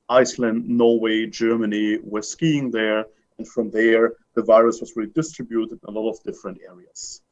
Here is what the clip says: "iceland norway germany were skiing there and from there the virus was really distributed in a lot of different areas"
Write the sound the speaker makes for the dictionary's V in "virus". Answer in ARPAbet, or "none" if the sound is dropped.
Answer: V